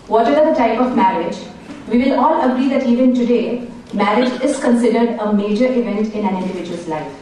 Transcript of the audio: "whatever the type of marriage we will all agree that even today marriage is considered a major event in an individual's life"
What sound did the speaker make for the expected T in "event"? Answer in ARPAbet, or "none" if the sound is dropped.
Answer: T